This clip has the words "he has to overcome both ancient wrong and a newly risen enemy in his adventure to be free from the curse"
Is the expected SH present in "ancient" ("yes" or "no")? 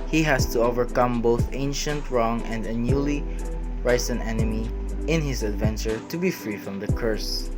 yes